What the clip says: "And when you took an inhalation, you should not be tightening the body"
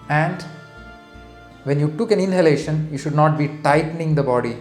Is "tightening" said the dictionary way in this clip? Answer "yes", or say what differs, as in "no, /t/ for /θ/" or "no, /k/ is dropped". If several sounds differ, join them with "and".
yes